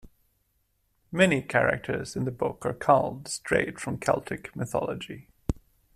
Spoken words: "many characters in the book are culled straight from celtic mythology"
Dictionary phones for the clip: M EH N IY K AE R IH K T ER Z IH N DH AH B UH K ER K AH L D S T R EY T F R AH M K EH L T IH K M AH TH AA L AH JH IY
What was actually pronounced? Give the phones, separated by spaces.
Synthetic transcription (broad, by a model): M EH N IY K AE R IH K T ER Z IH N DH AH B UH K ER K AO L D S T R EY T F R AH M K EH L T IH K M AH TH AA L AH JH IY